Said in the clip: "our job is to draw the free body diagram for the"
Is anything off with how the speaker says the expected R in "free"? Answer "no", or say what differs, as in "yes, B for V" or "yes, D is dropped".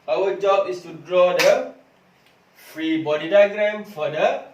no